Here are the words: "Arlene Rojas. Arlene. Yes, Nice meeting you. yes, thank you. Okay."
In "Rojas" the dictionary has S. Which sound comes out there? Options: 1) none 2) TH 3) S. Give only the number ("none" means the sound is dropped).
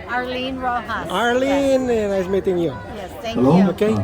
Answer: 1